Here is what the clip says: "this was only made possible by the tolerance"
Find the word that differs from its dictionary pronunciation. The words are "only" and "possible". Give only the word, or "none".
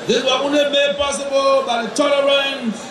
only